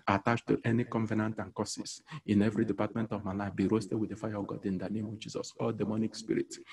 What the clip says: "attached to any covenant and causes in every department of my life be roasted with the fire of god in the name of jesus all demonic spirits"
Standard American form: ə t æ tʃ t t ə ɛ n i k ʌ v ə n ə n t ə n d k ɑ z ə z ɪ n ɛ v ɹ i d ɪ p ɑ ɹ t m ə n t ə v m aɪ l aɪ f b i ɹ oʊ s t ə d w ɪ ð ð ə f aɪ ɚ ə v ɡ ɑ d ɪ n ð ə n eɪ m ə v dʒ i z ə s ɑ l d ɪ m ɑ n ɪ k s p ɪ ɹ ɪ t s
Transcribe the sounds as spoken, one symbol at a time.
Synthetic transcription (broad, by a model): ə t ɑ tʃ t t ɛ n i k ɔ v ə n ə n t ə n k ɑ s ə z ɪ n ɛ v ɹ i d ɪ p ɑ t m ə n t ə v m aɪ l aɪ f b i ɹ oʊ s t ə d w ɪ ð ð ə f aɪ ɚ ə v ɡ ɑ d ɪ n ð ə n eɪ m ə v dʒ i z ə s ɑ l d ɪ m ɑ n ɪ k s p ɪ ɹ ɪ t